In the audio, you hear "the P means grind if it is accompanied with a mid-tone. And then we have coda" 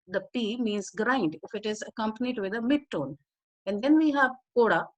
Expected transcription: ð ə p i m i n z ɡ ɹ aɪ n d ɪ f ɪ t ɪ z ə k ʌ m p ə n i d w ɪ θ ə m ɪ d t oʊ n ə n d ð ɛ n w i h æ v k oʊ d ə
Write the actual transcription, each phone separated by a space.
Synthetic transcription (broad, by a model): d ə p i m i n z ɡ ɹ aɪ n d ɪ f ɪ t ɪ z ə k ʌ m p ə n i d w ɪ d ə m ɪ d t oʊ n ə n d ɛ n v i h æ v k oʊ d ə